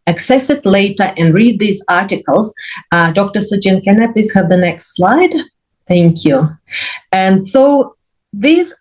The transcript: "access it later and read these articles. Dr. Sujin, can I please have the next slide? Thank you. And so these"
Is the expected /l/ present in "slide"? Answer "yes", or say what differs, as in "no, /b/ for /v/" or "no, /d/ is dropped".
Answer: yes